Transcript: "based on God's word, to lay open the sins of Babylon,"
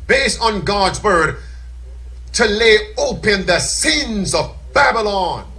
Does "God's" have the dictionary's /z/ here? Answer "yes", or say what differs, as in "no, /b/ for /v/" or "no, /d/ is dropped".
yes